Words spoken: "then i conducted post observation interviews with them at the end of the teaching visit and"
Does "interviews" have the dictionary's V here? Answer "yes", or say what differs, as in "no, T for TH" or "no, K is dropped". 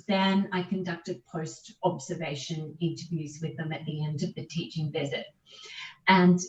yes